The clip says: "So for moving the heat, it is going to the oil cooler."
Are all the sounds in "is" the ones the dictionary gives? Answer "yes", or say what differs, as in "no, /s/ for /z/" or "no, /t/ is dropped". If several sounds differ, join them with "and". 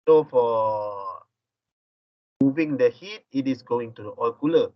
no, /s/ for /z/